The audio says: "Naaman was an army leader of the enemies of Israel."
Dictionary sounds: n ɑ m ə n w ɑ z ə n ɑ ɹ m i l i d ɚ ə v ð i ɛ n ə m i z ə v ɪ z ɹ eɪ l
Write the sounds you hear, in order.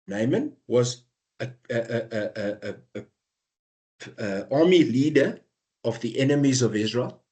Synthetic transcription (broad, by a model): n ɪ m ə n w ɑ z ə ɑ m i l i d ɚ ə v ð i ɛ n ə m i z ə v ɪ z ɹ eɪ l